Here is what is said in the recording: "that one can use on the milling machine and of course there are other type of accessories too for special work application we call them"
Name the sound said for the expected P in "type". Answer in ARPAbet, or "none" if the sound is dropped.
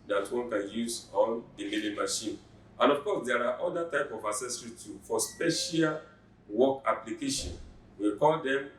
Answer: P